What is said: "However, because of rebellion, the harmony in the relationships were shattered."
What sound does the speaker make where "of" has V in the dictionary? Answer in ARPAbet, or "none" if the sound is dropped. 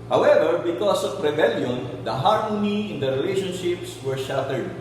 P